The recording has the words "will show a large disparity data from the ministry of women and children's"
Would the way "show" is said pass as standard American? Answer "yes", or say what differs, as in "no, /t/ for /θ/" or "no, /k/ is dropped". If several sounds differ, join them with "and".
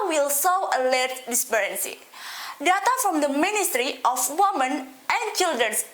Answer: no, /s/ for /ʃ/